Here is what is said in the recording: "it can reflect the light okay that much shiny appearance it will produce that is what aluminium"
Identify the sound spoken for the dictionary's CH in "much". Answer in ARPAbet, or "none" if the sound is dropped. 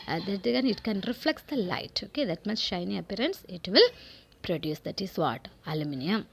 S